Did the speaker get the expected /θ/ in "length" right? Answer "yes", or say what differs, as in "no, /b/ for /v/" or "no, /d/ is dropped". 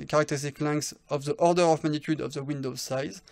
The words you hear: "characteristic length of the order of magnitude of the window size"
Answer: no, /s/ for /θ/